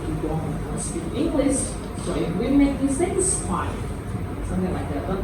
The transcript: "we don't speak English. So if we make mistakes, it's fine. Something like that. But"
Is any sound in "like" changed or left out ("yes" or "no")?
no